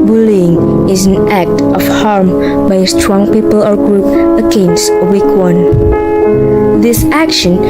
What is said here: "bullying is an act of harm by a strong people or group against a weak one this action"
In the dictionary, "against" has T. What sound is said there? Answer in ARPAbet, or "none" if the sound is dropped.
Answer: none